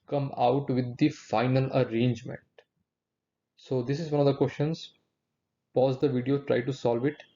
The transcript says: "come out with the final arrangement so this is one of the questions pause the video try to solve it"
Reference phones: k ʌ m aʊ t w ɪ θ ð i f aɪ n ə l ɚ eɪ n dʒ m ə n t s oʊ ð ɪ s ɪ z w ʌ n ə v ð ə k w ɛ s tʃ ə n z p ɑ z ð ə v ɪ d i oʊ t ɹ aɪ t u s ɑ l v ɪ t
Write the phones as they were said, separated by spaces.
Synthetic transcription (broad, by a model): k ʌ m aʊ t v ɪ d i f aɪ n ə l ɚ eɪ n dʒ m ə n t s oʊ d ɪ s ɪ z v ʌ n ə v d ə k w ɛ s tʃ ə n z p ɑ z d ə v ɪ d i oʊ t ɹ aɪ t u s ɑ l v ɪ t